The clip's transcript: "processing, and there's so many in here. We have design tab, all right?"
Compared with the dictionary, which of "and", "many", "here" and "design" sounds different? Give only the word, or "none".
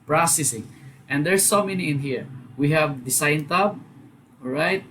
design